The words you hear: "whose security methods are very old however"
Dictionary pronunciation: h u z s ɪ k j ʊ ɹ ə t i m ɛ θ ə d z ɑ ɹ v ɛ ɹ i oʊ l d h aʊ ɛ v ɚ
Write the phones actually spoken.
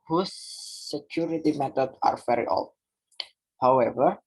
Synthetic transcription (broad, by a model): h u s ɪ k j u ɹ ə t i m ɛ t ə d ɑ ɹ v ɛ ɹ i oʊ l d h aʊ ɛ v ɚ